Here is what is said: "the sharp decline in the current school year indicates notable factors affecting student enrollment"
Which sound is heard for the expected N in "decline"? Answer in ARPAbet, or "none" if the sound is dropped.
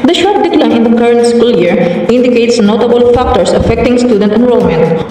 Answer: none